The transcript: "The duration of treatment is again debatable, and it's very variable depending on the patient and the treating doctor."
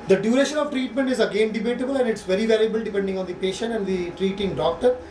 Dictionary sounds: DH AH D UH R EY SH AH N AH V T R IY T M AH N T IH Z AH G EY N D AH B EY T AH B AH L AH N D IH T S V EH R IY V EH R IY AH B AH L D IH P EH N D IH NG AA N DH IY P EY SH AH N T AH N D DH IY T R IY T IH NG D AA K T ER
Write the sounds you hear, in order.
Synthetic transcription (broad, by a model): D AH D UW R EY SH AH N AH V T R IY T M AH N T IH Z AH G EY N D AH B EY T AH B AH L AH N D IH T S V EH R IY V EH L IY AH B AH L D IH P EH N D IH NG AA N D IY P EY SH AH N T AH N D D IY T R IY T IH NG D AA K T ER